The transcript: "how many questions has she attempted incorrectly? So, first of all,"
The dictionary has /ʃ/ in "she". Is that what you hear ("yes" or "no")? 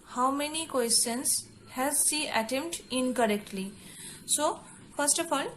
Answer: no